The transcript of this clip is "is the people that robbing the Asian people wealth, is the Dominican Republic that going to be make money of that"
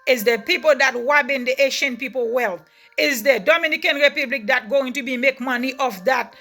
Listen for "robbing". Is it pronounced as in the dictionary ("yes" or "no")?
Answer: no